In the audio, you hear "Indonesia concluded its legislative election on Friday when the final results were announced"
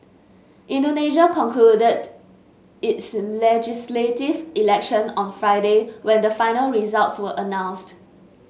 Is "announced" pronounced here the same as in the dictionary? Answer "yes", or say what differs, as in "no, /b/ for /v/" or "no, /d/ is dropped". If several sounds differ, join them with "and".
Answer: yes